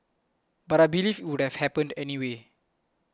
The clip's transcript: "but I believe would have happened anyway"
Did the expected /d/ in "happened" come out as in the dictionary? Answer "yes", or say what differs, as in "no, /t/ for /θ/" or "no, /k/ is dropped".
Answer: yes